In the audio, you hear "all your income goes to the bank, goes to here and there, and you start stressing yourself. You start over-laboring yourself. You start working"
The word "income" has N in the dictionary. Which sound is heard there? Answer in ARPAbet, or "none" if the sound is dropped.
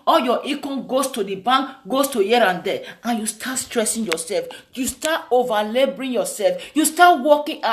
none